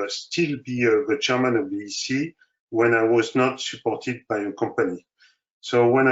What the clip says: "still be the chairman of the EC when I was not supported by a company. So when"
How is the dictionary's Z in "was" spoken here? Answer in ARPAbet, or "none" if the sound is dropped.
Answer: Z